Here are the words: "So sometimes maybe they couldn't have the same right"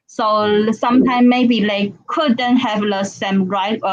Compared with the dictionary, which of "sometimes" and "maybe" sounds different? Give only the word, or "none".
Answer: sometimes